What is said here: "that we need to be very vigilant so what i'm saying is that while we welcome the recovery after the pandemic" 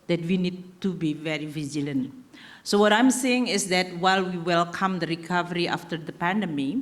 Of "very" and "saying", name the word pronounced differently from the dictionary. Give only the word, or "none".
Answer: none